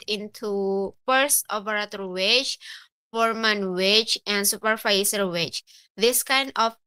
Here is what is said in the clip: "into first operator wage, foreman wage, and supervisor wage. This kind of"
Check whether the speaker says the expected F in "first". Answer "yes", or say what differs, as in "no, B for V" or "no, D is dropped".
no, P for F